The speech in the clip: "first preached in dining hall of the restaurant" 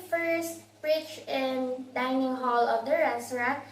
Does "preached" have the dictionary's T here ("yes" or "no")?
no